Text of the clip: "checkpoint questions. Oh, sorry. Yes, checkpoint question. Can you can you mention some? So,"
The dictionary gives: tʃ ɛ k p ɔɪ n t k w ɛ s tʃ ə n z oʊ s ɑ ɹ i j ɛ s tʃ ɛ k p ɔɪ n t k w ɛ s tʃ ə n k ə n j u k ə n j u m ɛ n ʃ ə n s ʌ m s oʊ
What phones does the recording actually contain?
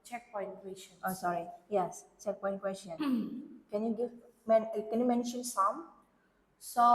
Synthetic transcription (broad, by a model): tʃ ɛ k p ɔɪ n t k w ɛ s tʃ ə n oʊ s ɑ ɹ i j ɛ s tʃ ɛ k p ɔɪ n k w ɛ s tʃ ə n k ə n j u k ə n j u m ɛ n ʃ ə n s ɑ m s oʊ